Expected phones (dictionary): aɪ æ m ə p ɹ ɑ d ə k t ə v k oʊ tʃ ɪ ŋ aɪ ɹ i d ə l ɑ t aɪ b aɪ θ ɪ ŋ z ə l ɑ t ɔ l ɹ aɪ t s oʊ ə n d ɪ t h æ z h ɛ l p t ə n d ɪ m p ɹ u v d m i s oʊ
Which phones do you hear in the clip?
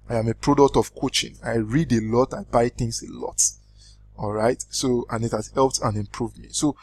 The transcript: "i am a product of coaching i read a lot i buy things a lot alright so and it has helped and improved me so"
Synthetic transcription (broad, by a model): aɪ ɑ m ə p ɹ ɑ d ə k t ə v k oʊ tʃ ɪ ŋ aɪ ɹ i d ə l ɑ t aɪ b aɪ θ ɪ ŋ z ə l ɑ t ɔ l ɹ aɪ t s oʊ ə n ɪ t h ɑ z h ɛ l p t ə n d ɪ m p ɹ u v d m i s oʊ